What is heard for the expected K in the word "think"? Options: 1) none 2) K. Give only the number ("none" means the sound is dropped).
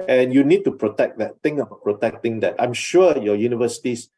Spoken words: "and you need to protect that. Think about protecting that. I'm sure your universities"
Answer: 1